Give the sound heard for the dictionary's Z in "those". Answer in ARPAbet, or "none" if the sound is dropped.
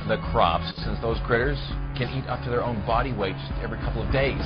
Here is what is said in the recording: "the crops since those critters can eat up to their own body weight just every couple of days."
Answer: Z